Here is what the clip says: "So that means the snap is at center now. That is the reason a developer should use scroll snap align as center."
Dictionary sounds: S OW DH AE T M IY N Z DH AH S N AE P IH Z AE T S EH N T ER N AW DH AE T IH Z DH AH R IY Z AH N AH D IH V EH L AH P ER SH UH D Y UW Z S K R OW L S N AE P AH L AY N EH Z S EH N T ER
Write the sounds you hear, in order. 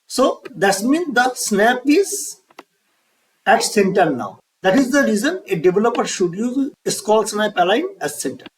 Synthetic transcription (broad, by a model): S OW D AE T M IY N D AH S N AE P IH Z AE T S EH N T ER N AW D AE T IH Z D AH R IY Z AH N AH D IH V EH L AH P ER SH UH D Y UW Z S K OW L S N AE P AH L AY N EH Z S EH N T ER